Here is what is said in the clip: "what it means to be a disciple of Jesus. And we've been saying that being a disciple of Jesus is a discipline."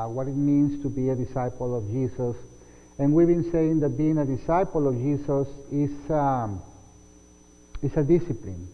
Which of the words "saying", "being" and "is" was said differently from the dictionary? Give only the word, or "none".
is